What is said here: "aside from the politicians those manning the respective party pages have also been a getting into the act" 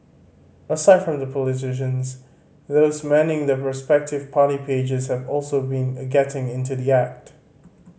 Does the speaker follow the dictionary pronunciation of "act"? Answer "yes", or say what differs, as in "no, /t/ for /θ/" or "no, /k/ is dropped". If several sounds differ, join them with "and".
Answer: yes